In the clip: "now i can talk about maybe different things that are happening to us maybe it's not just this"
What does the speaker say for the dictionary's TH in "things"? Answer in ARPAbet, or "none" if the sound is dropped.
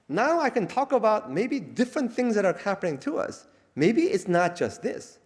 TH